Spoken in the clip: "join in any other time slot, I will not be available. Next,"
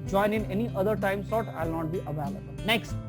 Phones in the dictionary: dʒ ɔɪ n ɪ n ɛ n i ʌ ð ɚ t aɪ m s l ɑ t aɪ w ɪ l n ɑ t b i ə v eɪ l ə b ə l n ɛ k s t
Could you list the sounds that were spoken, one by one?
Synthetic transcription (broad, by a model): dʒ ɔɪ n ɪ n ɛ n i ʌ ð ɚ t aɪ m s ɑ t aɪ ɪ l n ɑ t b i ə v eɪ l ə b ə l n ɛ k s t